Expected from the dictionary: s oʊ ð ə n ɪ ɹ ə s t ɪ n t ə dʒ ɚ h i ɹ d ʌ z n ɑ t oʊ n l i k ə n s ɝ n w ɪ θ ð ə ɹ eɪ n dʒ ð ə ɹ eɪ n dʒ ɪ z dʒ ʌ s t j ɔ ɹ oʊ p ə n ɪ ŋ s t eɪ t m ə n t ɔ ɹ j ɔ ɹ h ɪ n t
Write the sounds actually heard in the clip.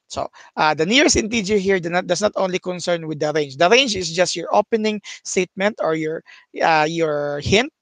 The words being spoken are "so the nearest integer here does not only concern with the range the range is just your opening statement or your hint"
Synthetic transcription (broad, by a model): s oʊ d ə n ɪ ɹ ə s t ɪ n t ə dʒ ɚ h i ɹ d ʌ s n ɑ t oʊ n l i k ə n s ɝ n w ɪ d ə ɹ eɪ n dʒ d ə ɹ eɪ n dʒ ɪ s dʒ ʌ s t j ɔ ɹ oʊ p ə n ɪ ŋ s t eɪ t m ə n t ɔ ɹ j ɔ ɹ h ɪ n t